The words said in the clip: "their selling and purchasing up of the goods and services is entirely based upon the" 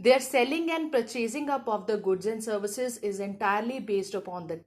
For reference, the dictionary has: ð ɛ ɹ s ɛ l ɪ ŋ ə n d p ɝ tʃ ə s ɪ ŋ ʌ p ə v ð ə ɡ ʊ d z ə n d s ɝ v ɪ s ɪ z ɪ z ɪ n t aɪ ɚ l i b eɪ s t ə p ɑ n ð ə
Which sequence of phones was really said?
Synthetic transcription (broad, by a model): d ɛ ɹ s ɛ l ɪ ŋ ə n d p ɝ tʃ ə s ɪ ŋ ʌ p ə v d ə ɡ ʊ d z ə n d s ɝ v ɪ s ɪ z ɪ z ɪ n t aɪ ɚ l i b eɪ s t ə p ɑ n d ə